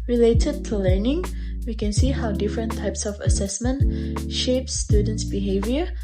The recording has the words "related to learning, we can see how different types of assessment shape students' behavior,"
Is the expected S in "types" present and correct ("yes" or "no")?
yes